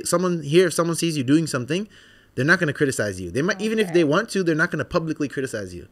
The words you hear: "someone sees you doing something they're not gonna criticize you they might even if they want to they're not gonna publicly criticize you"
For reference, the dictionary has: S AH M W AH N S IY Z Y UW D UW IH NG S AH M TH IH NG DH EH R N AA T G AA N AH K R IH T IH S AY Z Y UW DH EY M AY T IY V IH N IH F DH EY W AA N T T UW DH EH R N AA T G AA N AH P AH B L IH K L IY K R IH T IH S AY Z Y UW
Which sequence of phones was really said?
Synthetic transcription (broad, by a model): S AH M W AH N S IY Z Y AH D UW IH NG S AH M TH IH NG DH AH R N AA T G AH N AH K R IH T IH S AY Z Y UW DH EY M AY T IY V IH N IH F DH EY W AA N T T UW DH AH R N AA T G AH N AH P AH B L IH K L IY K R IH T IH S AY Z Y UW